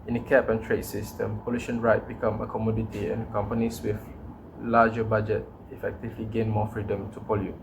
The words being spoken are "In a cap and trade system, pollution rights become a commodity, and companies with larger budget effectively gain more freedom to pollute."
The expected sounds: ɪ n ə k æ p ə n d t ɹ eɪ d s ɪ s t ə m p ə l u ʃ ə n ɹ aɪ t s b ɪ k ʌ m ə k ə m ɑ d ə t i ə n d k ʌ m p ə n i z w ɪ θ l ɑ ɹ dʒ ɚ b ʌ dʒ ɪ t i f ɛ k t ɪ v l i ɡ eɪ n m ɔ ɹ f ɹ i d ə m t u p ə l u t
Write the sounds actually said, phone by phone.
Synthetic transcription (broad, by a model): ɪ n ə k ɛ p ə n t ɹ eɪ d s ɪ s t ə m p ə l u ʃ ə n ɹ aɪ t b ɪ k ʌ m ə k ə m ɑ d ə t i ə n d k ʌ m p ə n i s w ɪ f l ɑ dʒ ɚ b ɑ dʒ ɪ t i f ɛ k t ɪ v l i ɡ eɪ n m ɔ f ɹ i d ə m t u p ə l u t